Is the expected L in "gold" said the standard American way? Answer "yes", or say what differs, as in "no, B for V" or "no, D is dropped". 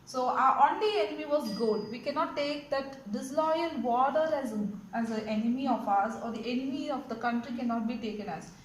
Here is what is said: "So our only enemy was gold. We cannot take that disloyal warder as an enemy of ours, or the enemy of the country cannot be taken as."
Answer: no, L is dropped